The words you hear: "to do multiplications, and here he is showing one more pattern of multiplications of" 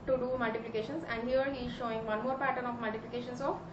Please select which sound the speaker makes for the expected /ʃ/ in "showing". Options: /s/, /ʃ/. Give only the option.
/ʃ/